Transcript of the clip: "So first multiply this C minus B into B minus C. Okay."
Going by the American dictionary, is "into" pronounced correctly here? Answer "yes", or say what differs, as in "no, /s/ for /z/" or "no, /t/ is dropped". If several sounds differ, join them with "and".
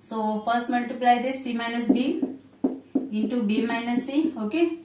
yes